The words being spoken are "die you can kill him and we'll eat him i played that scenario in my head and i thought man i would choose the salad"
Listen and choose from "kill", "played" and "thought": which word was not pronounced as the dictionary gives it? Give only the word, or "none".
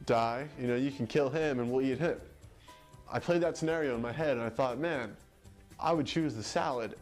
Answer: none